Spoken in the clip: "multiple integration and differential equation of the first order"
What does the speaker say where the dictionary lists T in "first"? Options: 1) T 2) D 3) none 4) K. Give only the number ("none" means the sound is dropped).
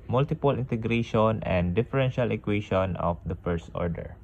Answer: 1